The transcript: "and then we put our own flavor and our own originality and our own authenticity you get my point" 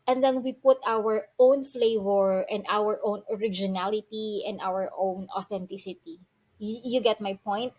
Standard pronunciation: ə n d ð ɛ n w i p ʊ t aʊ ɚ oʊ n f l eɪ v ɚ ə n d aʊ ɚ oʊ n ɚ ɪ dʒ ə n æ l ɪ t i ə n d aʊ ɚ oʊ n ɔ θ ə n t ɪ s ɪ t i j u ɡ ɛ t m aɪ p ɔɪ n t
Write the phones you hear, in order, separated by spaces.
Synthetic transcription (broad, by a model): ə n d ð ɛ n w i p ʊ t aʊ ɚ oʊ n f l eɪ v ɚ ə n d aʊ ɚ oʊ n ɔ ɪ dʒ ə n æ l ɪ t i ə n d aʊ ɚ oʊ n ɔ θ ə n t ɪ s ɪ t i j u ɡ ɛ t m aɪ p ɔɪ n t